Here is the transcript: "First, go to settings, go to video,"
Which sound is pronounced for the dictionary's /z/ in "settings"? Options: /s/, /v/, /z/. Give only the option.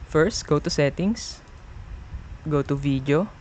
/s/